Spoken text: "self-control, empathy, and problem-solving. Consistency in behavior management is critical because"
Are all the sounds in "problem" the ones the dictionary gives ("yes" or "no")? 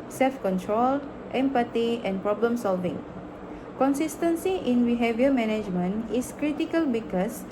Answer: yes